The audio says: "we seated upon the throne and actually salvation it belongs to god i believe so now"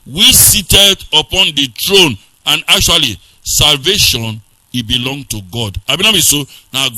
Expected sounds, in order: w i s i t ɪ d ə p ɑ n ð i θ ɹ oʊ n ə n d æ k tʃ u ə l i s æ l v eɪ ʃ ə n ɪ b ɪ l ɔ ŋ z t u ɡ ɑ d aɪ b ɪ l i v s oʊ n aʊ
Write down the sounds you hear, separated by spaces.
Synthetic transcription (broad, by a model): w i s i t ɪ d ə p ɑ n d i t ɹ oʊ n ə n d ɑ k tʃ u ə l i s æ l v eɪ ʃ ə n ɪ b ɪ l ɔ ŋ t u ɡ ɑ d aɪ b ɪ n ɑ b s oʊ n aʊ